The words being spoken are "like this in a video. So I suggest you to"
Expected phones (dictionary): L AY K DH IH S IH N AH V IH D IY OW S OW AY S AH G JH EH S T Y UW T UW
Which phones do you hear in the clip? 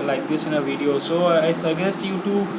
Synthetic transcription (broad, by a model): L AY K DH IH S IH N AH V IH D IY OW S OW AY S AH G EH S T Y UW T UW